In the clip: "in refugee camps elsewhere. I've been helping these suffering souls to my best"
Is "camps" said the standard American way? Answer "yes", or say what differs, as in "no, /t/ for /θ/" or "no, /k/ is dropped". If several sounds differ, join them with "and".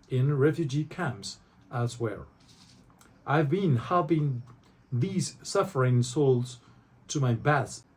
yes